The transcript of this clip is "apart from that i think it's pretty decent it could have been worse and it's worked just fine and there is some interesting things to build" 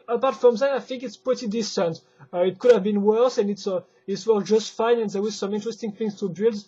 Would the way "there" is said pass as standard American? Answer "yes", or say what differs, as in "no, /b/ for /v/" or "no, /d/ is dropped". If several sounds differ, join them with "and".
no, /w/ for /ɹ/